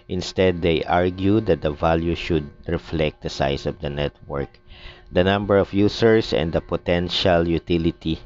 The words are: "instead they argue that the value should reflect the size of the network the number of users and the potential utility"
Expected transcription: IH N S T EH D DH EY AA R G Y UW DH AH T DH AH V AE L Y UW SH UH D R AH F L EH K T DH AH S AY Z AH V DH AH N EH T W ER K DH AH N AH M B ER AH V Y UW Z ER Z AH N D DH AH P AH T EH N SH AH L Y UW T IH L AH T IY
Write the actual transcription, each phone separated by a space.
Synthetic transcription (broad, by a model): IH N S T EH D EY AA R G Y UW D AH T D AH V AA L Y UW SH UH D R AH F L EH K T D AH S AY S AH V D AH N EH T W ER K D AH N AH M B ER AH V Y UW S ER S AH N D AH P AH T EH N SH AH L Y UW T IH L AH T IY